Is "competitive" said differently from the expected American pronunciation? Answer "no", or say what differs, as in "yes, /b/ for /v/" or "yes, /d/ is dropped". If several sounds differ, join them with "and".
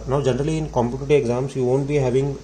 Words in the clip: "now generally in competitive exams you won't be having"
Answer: yes, /v/ is dropped